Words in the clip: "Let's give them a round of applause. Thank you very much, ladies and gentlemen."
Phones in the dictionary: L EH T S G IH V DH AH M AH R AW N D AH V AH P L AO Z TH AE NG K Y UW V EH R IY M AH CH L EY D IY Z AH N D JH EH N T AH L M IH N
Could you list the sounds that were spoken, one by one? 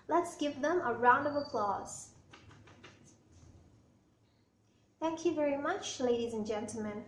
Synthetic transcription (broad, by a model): L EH T S G IH V DH AH M AH R AW N D AH V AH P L AO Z TH AE NG K Y UW V EH R IY M AH CH L EY D IY Z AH N JH EH N T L M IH N